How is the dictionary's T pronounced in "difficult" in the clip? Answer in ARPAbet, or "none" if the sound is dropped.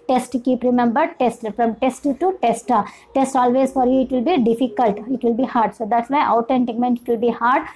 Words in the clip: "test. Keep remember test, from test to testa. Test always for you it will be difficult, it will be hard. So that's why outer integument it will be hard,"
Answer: T